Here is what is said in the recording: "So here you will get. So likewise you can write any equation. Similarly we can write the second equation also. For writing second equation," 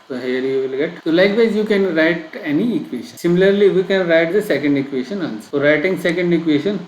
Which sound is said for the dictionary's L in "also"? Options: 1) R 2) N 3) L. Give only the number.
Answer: 2